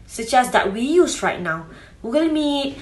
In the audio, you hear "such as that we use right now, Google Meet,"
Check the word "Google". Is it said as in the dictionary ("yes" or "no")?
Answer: no